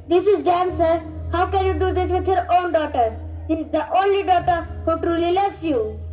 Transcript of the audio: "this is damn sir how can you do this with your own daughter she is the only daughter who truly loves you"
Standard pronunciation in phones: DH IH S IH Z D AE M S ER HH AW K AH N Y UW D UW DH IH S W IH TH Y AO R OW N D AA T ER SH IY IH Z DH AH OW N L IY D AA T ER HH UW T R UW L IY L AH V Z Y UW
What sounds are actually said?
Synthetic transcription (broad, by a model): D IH S IH Z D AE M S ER HH AW K AH N Y UW D UW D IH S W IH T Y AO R OW N D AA T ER S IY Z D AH OW N L IY D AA T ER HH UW T R UW L IY L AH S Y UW